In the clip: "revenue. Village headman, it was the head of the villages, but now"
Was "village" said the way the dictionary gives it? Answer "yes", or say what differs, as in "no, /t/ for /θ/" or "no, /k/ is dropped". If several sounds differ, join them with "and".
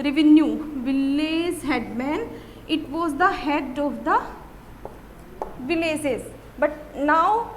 no, /z/ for /dʒ/